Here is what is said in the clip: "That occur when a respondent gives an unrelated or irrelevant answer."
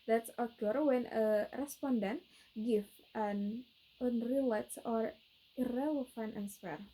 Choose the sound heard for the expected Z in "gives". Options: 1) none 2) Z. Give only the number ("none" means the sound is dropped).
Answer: 1